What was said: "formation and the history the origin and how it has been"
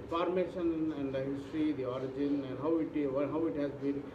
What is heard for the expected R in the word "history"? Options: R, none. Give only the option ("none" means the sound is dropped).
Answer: R